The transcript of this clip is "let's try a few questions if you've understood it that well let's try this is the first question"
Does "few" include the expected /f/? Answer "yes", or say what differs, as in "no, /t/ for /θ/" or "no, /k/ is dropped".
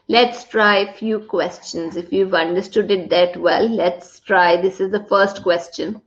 yes